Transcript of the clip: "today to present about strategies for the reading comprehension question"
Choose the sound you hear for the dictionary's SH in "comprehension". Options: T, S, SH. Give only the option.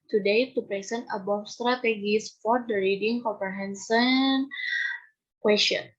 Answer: S